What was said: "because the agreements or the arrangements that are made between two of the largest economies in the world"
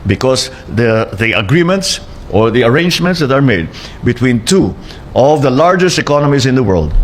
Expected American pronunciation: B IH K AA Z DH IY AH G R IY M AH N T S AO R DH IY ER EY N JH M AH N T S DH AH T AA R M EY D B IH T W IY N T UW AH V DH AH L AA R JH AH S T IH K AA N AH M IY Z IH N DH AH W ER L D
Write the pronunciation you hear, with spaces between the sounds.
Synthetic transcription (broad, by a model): B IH K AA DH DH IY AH G R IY M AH N T S AO R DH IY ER EY N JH M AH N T S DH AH T AA R M EY D B IH T W IY N T UW AH V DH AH L AA R JH AH S T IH K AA N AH M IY S IH N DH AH W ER L D